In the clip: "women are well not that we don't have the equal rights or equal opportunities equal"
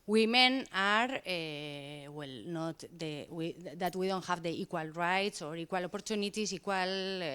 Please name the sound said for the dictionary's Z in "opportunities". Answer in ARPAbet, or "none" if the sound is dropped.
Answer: S